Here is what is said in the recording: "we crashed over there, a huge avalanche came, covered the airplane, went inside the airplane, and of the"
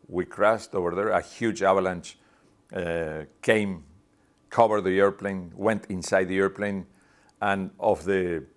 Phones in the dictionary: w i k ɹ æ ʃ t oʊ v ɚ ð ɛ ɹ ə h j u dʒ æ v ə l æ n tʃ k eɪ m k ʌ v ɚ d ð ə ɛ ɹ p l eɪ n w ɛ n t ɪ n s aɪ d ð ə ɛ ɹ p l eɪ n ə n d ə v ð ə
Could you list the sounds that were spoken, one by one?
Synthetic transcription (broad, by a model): w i k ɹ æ s t oʊ v ɚ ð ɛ ɹ ə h j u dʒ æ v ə l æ n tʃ k eɪ m k ʌ v ɚ d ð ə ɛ ɹ p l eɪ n w ɛ n t ɪ n s aɪ d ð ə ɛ ɹ p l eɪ n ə n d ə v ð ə